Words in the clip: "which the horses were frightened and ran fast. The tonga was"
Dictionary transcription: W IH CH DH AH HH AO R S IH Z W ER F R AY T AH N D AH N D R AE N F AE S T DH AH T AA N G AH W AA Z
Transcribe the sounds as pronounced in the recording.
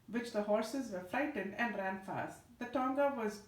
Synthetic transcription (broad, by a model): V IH CH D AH HH AO R S IH Z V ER F R AY T AH N D AH N D R AE N F AE S T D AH T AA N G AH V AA Z